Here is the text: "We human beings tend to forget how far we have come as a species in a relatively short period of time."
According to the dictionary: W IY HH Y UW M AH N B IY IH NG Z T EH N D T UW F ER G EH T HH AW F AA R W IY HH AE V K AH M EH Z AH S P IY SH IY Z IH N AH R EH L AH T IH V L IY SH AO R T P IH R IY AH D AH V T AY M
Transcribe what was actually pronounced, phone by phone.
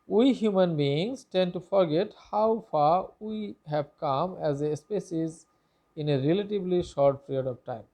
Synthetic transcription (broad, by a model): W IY HH Y UW M AH N B IY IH NG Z T EH N D T UW F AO G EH T HH AW F AA R W IY HH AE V K AH M EH Z AH S P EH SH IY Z IH N AH R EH L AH T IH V L IY SH AO R T P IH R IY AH D AH V T AY M